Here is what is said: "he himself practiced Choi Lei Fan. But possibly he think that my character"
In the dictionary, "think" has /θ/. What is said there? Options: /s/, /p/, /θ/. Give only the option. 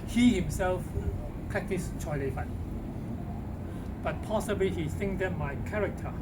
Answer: /s/